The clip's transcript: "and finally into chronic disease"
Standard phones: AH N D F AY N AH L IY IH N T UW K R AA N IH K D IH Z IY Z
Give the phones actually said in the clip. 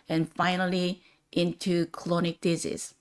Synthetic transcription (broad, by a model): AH N F AY N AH L IY IH N T UW K L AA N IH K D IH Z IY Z